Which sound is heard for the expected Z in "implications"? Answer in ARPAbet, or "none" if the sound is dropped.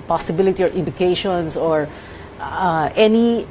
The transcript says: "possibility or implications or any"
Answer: S